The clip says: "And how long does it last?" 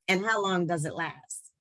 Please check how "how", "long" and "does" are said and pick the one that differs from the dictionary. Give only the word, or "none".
none